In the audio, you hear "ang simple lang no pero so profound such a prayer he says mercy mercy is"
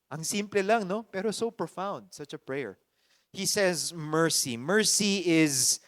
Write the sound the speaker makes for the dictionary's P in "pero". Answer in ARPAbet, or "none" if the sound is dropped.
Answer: P